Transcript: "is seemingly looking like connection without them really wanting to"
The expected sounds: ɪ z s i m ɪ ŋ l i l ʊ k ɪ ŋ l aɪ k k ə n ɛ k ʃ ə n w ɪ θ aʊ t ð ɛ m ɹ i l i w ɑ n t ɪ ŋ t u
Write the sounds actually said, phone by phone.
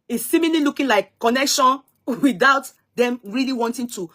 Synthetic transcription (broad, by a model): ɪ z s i m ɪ l i l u k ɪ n l aɪ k k ə n ɛ k ʃ ə n w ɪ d aʊ t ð ɛ m ɹ i l i w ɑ n t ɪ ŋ t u